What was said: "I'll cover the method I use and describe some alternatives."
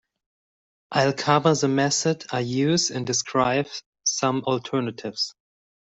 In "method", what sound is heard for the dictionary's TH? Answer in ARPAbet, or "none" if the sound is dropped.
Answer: S